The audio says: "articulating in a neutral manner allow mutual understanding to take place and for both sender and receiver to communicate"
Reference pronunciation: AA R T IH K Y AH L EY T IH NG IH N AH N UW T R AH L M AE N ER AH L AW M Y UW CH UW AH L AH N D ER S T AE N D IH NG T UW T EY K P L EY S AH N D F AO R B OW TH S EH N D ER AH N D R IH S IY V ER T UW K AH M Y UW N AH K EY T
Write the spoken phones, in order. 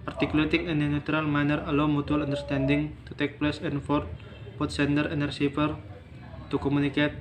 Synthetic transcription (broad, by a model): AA R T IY K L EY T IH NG IH N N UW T R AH L M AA N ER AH L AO M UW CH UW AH L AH N D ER S T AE N D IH NG T UW T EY K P L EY S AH N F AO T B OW T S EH N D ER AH N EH R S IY P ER T UW K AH M UW N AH K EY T